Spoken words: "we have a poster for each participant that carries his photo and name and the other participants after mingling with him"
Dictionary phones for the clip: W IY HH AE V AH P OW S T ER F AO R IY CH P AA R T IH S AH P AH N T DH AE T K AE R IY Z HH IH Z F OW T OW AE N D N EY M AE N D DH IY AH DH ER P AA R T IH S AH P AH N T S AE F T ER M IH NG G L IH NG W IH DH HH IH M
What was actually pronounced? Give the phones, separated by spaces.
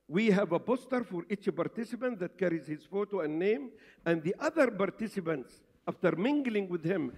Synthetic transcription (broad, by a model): W IY HH AE V AH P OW S T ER F AO R IY CH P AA R T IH S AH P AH N T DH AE T K AE R IY Z HH IH Z F OW T OW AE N N EY M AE N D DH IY AH DH ER P AA R T IH S AH P AH N T S AE F T ER M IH NG G L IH NG W IH DH HH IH M